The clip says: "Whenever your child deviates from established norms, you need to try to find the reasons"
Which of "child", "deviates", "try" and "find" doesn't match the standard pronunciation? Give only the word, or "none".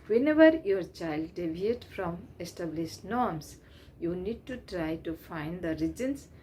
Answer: deviates